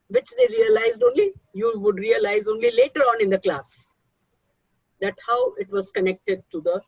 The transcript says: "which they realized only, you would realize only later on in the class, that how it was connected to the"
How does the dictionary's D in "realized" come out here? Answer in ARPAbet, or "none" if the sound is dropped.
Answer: D